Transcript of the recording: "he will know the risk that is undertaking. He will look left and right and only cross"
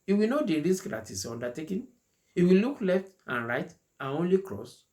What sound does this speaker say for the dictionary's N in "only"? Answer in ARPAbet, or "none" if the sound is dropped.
N